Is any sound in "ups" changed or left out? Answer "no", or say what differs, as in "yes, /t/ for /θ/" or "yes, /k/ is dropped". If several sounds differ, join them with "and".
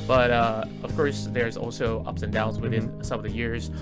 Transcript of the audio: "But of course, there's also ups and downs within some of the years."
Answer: no